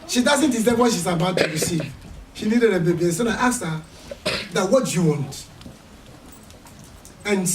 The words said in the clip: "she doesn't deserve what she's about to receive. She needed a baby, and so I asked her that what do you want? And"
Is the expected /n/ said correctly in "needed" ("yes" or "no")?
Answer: no